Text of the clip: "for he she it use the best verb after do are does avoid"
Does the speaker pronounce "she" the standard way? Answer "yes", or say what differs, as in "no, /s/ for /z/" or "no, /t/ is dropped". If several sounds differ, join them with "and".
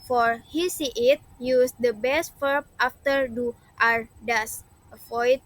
no, /s/ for /ʃ/